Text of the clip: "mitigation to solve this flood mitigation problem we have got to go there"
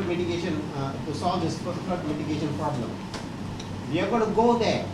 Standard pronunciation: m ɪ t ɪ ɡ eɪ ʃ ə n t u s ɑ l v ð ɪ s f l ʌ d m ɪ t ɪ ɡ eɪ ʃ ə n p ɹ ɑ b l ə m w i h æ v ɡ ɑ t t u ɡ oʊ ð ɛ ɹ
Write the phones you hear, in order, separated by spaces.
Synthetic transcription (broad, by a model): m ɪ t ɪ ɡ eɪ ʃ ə n t u s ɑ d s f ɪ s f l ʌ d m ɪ t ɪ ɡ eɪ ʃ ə n p ɹ ɑ b l ə m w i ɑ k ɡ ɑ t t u ɡ oʊ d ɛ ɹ